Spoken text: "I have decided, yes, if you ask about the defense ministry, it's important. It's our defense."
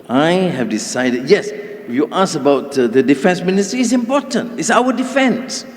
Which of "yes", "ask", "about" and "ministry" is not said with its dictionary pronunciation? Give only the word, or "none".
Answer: ask